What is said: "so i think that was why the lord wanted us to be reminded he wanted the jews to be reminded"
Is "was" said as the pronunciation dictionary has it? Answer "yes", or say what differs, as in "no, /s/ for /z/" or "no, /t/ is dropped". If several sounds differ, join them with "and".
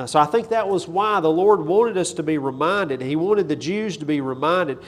yes